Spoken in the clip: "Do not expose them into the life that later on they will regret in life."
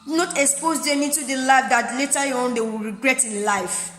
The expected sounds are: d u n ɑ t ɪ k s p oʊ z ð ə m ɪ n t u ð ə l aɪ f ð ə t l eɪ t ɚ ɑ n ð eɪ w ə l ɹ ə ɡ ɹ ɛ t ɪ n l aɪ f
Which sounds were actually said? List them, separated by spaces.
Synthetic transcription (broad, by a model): n ɑ t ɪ k s p oʊ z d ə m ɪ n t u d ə l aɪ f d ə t l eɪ t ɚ ɑ n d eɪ w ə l ɹ ə ɡ ɹ ɛ t ɪ n l aɪ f